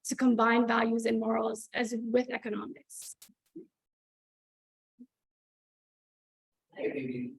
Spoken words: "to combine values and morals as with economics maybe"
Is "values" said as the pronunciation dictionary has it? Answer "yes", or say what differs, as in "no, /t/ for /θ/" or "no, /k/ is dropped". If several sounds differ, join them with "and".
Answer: yes